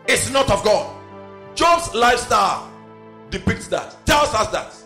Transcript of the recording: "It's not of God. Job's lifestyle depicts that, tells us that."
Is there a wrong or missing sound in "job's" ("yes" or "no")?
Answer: yes